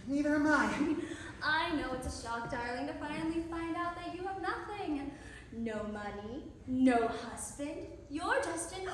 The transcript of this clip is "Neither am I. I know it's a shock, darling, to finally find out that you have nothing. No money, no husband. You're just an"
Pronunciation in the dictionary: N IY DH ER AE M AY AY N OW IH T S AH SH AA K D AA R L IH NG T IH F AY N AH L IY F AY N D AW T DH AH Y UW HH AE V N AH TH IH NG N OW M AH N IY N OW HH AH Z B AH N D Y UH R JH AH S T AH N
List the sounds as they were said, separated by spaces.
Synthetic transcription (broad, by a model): N IY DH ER M AY AY N OW IH T S AH SH AA K D AA R L IH NG T IH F AY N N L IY F AY N D AW T DH AH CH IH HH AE V N AH TH IH NG N OW M AH N IY N OW HH AH Z B AH N D Y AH R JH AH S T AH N